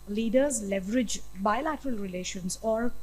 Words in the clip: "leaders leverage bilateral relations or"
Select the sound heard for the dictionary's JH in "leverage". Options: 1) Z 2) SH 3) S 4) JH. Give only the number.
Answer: 4